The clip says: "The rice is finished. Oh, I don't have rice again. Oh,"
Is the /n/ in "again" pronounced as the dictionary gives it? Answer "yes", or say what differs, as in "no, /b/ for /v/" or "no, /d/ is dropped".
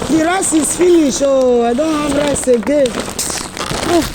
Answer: no, /n/ is dropped